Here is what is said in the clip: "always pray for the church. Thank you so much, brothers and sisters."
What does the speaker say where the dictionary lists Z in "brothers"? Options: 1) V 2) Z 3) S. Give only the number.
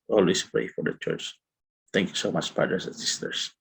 3